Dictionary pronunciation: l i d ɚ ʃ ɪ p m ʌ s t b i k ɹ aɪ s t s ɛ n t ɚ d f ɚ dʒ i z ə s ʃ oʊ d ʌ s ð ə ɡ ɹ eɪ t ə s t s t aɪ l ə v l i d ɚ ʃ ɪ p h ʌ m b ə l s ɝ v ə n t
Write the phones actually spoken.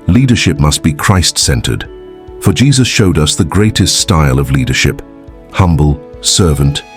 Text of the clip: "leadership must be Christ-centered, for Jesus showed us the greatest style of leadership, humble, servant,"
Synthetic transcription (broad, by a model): l i d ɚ ʃ ɪ p m ʌ s t b i k ɹ aɪ s t s ɛ n t ɚ d f ɚ dʒ i z ə s ʃ oʊ d ʌ s ð ə ɡ ɹ eɪ t ə s t s t aɪ l ə v l i d ɚ ʃ ɪ p h ʌ m b ə l s ɝ v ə n t